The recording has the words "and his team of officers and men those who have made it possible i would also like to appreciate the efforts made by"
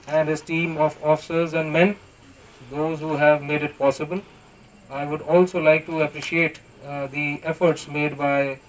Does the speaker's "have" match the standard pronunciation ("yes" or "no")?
yes